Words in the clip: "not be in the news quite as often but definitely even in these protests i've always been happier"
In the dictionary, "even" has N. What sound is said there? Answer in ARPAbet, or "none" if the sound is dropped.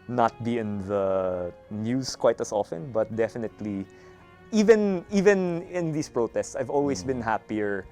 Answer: N